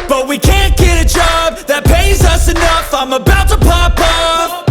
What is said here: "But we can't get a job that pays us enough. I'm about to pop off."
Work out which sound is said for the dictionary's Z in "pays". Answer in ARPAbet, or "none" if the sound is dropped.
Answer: Z